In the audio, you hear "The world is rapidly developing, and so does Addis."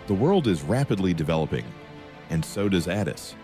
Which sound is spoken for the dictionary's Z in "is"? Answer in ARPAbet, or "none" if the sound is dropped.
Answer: Z